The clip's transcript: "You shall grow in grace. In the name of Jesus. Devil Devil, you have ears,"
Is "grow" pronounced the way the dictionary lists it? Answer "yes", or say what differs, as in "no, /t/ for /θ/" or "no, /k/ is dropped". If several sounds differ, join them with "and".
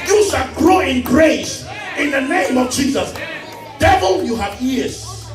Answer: yes